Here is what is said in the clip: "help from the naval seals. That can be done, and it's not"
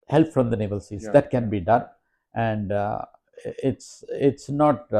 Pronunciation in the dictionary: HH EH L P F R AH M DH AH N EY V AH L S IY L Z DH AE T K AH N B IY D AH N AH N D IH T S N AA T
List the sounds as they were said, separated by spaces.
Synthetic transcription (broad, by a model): HH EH L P F R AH M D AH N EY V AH L S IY Z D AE T K AH N B IY D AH N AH N D IH T S N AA T